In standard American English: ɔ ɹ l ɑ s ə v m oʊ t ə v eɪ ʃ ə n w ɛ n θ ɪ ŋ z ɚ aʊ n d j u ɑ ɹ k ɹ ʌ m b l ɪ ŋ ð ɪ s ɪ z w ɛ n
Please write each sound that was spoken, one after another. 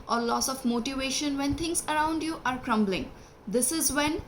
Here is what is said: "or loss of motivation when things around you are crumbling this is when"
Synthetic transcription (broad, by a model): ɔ ɹ l ɑ s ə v m oʊ t ə v eɪ ʃ ə n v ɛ n t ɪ ŋ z ɚ aʊ n d j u ɑ ɹ k ɹ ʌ m b l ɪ ŋ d ɪ s ɪ z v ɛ n